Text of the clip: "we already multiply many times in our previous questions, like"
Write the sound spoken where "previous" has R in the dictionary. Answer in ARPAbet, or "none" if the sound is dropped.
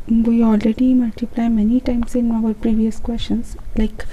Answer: R